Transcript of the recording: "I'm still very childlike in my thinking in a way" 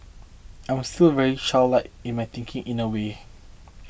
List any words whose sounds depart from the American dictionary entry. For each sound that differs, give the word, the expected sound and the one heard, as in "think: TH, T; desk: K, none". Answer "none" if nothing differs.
childlike: CH, SH